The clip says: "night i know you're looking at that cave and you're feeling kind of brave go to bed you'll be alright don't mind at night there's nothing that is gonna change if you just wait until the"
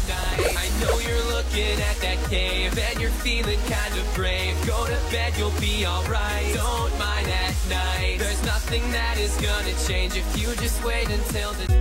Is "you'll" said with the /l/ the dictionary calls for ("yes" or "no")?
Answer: yes